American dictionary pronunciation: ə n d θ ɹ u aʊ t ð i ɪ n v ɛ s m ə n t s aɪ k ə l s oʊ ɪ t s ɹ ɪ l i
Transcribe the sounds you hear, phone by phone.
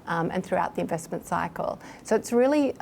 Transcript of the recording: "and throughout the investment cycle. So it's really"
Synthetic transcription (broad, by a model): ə n θ ɹ u aʊ t ð i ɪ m v ɛ s m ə n t s aɪ k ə l s oʊ ɪ t s ɹ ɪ l i